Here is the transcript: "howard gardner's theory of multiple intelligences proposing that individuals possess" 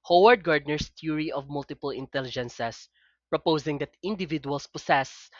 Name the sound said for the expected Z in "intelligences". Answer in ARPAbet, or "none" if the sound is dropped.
S